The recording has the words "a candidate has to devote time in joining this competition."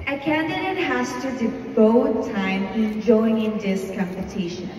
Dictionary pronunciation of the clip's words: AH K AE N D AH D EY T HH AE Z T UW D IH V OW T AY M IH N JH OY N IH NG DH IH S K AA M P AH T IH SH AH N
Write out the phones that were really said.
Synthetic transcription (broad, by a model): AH K AE N D AH D EY T HH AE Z T UW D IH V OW T AY M IH N JH OY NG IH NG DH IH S K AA M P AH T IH SH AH N